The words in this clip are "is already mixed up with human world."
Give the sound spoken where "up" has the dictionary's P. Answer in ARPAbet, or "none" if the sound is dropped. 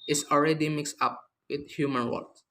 P